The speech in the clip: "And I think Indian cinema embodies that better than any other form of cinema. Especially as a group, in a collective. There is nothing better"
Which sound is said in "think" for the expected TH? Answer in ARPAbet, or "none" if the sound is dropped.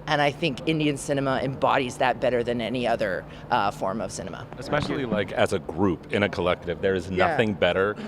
TH